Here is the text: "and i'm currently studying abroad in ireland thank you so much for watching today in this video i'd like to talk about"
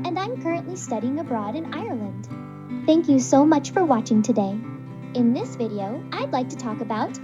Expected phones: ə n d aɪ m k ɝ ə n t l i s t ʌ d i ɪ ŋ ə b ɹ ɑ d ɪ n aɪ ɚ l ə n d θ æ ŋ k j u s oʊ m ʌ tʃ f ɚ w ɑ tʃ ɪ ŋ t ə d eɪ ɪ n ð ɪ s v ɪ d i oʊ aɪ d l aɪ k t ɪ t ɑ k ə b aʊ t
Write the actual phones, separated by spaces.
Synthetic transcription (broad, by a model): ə n d aɪ m k ɝ ə n t l i s t ʌ d i ɪ ŋ ə b ɹ ɑ d ɪ n aɪ ɚ l ə n d θ æ ŋ k j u s oʊ m ʌ tʃ f ɚ w ɑ tʃ ɪ ŋ t ə d eɪ ɪ n ð ɪ s v ɪ d i oʊ aɪ d l aɪ k t ɪ t ɑ k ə b aʊ t